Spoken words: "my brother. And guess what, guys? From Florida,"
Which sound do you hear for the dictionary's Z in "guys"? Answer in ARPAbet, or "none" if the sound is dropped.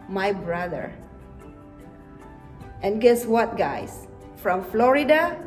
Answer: S